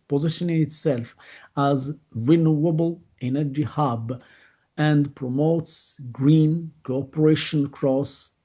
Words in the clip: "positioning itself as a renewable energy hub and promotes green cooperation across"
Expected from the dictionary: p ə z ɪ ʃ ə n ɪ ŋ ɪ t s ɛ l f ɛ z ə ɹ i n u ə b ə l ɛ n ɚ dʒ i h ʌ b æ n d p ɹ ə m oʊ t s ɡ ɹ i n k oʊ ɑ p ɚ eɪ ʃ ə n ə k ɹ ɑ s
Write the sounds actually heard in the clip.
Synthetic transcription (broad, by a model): p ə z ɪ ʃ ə n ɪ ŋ ɪ t s ɛ l f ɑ z ɹ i n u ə b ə l ɛ n ɚ dʒ i h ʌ b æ n d p ɹ ə m oʊ t s ɡ ɹ i n k oʊ ɑ p ɚ eɪ ʃ ə n k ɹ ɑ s